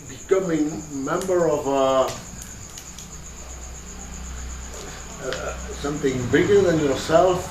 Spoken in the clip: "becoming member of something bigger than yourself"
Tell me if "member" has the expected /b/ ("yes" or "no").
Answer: yes